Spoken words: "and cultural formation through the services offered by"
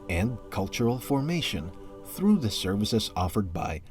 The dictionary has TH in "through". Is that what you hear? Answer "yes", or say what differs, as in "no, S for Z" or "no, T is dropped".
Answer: yes